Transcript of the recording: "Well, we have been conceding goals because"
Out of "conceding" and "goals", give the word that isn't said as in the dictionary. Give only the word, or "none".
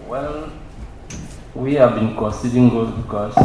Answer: goals